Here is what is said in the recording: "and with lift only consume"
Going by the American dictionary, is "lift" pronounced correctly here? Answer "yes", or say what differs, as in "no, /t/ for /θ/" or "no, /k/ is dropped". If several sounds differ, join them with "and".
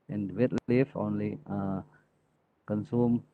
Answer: no, /t/ is dropped